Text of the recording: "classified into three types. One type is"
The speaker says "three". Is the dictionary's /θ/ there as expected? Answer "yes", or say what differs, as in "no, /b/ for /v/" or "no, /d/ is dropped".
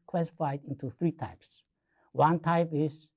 yes